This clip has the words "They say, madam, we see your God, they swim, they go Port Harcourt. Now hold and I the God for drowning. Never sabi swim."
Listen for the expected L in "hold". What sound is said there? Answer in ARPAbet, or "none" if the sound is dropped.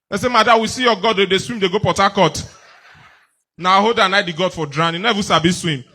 none